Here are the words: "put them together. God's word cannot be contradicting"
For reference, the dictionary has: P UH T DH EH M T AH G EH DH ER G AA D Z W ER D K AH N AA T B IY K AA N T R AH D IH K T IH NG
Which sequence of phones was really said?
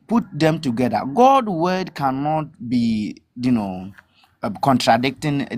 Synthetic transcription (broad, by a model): P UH T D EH M T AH G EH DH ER G AA D W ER D K AH N AA T B IY K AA N T R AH D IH K T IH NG